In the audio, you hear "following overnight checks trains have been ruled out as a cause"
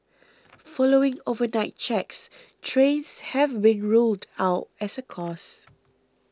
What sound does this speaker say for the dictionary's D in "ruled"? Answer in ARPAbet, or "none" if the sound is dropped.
D